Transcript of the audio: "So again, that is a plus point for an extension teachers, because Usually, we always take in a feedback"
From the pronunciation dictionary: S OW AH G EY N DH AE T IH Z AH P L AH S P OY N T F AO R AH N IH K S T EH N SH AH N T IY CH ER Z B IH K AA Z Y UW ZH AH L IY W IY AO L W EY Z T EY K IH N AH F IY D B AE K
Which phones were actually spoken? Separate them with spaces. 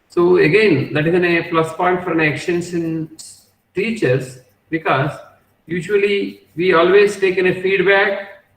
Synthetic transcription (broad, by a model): S OW AH G EY N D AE T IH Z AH P L AH S P OY N T F AO R AH N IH K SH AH N S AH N T IY CH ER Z B IH K AA Z Y UW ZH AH L IY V IY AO L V EY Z T EY K IH N AH F IY D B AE K